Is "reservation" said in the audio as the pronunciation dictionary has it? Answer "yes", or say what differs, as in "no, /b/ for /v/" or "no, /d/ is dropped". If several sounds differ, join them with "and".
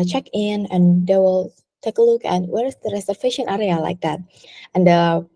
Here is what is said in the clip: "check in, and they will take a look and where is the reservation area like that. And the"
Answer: no, /f/ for /v/